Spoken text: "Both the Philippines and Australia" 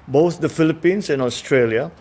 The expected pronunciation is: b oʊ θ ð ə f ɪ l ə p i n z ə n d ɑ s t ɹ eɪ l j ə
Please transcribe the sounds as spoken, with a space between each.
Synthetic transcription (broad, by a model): b oʊ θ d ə f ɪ l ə p i n s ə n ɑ s t ɹ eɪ l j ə